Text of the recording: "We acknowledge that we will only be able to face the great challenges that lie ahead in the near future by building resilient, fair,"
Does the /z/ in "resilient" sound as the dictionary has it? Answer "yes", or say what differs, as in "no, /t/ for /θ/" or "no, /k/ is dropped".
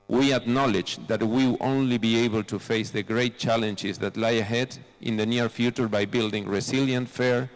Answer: no, /s/ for /z/